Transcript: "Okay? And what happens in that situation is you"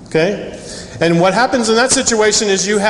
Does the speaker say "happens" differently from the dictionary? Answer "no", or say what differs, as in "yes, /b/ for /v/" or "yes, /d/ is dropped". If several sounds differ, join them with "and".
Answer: no